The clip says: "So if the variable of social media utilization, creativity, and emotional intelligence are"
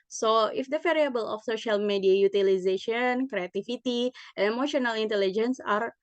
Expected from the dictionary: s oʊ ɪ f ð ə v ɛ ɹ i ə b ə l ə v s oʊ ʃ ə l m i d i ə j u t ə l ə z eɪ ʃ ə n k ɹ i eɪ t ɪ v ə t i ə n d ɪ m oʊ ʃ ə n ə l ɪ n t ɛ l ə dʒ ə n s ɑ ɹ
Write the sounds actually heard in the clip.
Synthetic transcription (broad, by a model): s oʊ ɪ f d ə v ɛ ɹ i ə b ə l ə f s oʊ ʃ ə l m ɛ d i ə j u t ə l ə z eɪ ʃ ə n k ɹ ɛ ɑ t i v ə t i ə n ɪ m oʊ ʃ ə n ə l ɪ n t ɛ l ə dʒ ə n s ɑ ɹ